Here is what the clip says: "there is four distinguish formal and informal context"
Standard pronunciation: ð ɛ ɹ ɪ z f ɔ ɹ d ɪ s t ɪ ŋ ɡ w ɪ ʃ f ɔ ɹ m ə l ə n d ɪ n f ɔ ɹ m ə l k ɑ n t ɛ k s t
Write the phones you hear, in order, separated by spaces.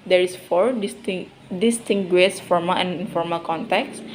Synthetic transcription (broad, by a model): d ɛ ɹ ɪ s f ɔ ɹ d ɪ s t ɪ ŋ ɡ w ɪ s f ɔ ɹ m ə l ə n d ɪ n f ɔ ɹ m ə l k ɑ n t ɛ k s